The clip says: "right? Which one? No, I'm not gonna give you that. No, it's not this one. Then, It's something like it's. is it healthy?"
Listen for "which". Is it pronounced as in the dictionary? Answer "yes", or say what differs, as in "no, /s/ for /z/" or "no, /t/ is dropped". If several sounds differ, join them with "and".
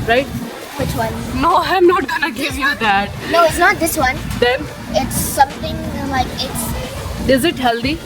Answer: yes